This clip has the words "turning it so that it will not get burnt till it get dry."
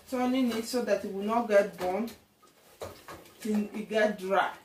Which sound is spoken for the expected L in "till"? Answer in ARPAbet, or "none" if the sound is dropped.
N